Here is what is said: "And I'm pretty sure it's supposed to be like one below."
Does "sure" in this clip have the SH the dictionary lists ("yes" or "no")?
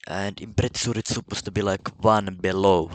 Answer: no